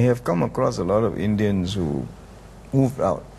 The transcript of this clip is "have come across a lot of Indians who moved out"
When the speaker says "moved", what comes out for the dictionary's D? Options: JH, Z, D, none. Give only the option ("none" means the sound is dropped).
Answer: none